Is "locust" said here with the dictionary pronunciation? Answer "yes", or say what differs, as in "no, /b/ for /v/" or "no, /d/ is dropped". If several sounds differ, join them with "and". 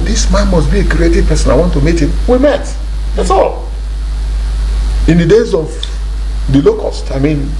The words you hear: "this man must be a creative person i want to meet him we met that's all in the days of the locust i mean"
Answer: yes